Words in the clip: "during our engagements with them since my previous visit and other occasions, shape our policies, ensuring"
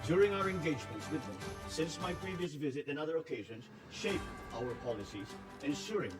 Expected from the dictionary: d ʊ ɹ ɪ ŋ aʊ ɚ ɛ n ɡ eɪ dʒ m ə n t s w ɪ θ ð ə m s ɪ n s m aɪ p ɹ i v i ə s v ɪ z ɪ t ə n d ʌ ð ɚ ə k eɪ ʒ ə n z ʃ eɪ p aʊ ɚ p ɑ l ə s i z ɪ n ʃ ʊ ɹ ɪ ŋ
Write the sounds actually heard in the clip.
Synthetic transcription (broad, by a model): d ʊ ɹ ɪ ŋ aʊ ɚ ɛ n ɡ eɪ dʒ m ə n t s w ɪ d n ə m s ɪ n s m aɪ p ɹ i v i ə s v ɪ z ɪ t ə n ʌ ð ɚ ə k eɪ ʒ ə n z ʃ eɪ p aʊ ɚ p ɑ l ə s i z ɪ n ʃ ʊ ɹ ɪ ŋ